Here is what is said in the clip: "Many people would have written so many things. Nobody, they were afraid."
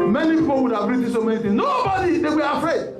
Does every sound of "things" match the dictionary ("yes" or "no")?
no